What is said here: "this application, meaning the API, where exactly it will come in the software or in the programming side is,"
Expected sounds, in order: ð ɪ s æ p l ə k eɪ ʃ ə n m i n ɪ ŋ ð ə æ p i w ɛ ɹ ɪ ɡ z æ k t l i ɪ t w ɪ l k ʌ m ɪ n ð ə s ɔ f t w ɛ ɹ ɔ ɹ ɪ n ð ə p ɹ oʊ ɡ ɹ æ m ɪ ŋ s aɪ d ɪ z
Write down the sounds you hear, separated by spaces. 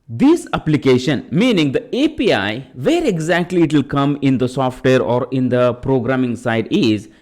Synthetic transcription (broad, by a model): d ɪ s æ p l ə k eɪ ʃ ə n m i n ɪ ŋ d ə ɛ p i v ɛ ɹ ɪ ɡ z æ k t l i ɪ t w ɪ l k ʌ m ɪ n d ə s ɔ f t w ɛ ɹ ɔ ɹ ɪ n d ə p ɹ oʊ ɡ ɹ æ m ɪ ŋ s aɪ d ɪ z